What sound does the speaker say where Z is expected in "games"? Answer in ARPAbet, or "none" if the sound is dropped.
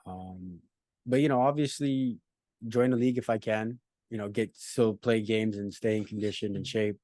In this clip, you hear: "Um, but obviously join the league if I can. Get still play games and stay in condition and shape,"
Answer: Z